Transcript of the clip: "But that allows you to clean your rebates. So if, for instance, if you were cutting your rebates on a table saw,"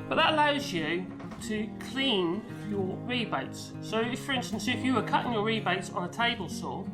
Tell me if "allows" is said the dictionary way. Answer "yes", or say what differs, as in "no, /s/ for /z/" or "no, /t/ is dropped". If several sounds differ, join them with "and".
yes